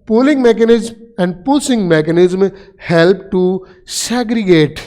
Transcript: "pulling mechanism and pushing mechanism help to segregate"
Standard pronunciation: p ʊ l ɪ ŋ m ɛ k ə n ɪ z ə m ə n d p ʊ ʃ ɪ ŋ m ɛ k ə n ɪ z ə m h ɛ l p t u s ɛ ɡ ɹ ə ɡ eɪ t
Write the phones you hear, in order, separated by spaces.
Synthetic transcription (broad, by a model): p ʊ l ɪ ŋ m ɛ k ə n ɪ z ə m ə n d p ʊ s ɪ ŋ m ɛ k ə n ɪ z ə m h ɛ l p t u s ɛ ɡ ɹ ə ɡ eɪ t